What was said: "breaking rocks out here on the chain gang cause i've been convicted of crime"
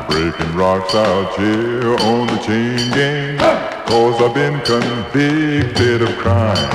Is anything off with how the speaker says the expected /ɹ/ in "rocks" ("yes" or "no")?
no